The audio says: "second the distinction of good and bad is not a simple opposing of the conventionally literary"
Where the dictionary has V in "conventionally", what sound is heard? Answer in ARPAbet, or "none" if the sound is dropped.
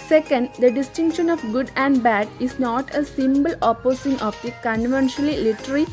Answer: V